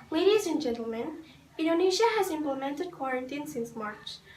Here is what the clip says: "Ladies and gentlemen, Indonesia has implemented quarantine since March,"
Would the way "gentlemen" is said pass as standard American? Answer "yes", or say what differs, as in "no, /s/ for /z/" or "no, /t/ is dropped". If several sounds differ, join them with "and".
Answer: yes